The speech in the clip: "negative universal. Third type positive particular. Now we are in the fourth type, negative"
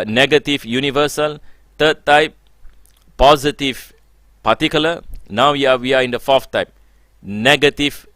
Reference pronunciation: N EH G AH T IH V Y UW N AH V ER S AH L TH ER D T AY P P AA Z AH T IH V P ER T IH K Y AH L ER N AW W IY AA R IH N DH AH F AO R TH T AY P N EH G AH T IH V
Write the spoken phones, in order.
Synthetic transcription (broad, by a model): N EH G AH T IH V Y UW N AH V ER S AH L T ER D T AY P P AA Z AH T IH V P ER T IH K Y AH L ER N AW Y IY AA W IH N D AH F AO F T AY P N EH G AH T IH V